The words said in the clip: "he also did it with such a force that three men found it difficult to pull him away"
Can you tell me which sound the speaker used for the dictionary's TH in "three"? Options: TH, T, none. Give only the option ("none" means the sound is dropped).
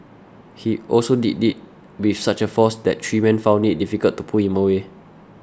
T